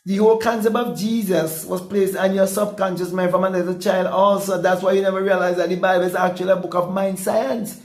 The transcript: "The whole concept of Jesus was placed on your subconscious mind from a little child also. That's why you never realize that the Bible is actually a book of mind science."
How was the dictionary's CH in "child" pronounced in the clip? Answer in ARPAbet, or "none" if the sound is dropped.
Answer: CH